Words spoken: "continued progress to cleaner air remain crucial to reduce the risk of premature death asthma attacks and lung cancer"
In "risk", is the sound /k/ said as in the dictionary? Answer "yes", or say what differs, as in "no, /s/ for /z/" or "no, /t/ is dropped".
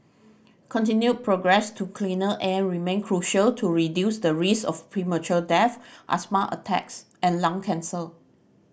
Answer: no, /k/ is dropped